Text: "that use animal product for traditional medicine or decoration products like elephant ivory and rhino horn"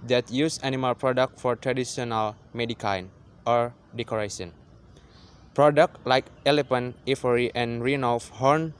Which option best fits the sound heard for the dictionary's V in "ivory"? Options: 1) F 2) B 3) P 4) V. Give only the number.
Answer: 1